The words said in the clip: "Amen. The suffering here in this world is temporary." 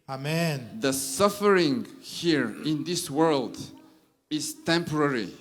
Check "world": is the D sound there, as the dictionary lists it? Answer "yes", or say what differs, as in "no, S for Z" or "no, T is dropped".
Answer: yes